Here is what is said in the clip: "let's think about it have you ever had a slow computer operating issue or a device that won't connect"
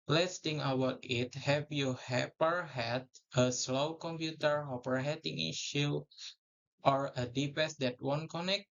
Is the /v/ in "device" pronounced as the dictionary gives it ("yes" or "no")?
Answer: no